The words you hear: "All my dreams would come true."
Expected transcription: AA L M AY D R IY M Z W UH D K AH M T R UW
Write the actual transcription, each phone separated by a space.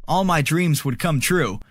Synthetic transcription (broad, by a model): AA L M AY D R IY M Z W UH D K AH M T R UW